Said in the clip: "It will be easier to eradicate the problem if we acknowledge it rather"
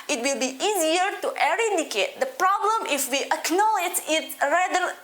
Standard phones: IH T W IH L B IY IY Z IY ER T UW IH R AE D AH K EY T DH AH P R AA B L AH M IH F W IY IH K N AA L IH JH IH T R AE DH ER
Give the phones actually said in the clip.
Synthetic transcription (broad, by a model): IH T W IH L B IY IY Z IY ER T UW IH R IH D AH K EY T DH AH P R AA B L AH M IH F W IY IH K N AA L IH JH IH T R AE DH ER